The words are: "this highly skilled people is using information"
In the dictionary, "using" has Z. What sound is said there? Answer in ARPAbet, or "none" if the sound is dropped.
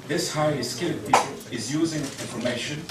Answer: Z